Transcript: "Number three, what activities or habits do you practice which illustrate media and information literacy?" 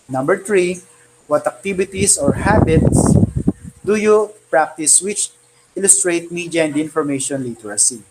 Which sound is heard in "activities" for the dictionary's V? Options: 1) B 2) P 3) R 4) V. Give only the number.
1